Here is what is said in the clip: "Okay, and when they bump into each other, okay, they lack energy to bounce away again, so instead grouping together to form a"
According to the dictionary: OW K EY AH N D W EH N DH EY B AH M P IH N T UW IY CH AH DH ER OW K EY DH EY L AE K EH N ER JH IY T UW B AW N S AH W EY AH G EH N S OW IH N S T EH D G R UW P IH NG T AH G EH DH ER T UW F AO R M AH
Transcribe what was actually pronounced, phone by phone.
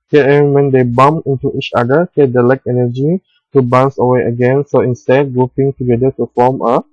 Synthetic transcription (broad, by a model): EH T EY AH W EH N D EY B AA M IH N T UW IY CH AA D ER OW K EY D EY L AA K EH N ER JH IY T UW B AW N S AH W EY AH G EH N S OW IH N S T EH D G R UW P IH NG T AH G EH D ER T UW F AO M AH